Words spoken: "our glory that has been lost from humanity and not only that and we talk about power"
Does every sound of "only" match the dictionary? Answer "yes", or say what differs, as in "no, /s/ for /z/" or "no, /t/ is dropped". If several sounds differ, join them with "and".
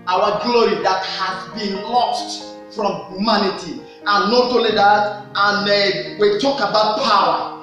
no, /n/ is dropped